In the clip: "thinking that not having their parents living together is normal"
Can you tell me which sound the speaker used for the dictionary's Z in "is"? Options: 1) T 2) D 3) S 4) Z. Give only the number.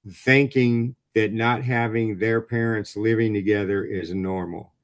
4